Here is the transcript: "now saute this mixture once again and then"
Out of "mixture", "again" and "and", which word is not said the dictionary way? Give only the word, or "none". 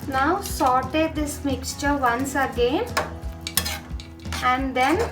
none